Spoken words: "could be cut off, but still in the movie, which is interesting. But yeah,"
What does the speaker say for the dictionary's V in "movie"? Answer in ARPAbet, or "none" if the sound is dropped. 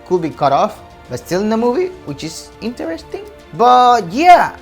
V